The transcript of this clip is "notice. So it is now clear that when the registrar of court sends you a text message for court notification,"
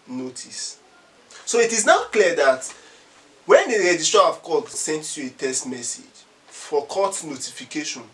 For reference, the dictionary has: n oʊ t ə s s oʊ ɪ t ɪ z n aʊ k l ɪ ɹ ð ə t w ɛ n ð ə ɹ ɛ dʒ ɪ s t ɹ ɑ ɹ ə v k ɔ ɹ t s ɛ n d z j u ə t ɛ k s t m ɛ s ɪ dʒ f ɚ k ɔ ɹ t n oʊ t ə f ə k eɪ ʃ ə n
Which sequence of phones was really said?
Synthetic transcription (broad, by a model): n oʊ t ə s s oʊ ɪ t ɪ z n aʊ k l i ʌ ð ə t w ɛ n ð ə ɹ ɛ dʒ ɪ s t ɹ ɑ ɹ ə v k ɔ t s ɛ n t j u ə t ɛ s t m ɛ s ɪ dʒ f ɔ k ɔ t n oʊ t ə f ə k eɪ ʃ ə n